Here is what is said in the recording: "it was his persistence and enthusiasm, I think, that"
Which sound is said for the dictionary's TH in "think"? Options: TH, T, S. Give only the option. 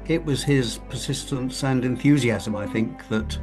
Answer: TH